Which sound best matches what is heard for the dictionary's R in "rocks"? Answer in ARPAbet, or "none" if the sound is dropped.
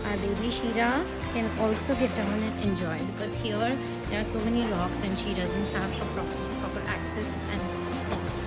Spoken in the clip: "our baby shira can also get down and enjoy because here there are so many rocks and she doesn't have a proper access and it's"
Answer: L